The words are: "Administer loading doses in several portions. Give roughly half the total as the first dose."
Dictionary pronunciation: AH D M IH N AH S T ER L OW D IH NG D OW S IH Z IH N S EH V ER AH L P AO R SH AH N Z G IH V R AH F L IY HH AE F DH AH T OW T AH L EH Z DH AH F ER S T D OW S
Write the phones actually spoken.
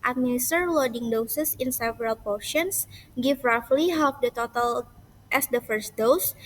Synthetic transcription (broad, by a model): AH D M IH N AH S T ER L OW D IH NG D OW S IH S IH N S EH V ER AH L P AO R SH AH N S G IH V R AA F L IY HH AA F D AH T OW T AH L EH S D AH F ER S T D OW S